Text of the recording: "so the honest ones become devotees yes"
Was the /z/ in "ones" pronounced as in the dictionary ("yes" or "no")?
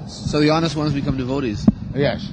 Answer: yes